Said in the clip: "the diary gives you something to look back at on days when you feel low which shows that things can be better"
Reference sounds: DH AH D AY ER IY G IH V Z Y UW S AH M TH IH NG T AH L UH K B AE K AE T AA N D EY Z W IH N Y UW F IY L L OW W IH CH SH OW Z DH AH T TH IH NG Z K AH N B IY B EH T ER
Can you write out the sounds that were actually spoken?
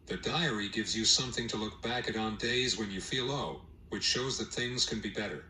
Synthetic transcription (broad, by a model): DH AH D AY ER IY G IH V Z Y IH S AH M TH IH NG T AH L UH K B AE K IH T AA N D EY Z W IH N Y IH F IY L L OW W IH CH SH OW Z DH AH T TH IH NG Z K AH N B IY B EH T ER